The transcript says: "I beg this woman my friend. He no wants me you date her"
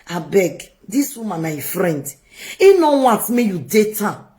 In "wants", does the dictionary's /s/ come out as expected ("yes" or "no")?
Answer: no